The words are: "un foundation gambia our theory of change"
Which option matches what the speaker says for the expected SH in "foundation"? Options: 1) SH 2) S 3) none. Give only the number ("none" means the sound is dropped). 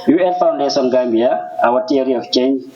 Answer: 2